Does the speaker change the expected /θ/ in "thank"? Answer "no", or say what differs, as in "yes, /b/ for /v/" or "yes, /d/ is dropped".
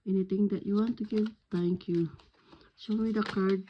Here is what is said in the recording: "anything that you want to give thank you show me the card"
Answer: yes, /t/ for /θ/